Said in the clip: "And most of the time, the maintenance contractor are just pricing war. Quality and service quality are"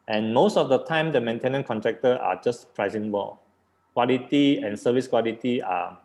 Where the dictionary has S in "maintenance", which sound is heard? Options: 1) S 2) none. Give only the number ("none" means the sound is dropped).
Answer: 2